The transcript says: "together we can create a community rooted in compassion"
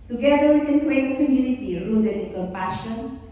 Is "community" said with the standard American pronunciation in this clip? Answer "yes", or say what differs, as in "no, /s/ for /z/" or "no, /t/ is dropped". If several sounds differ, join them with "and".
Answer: no, /l/ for /n/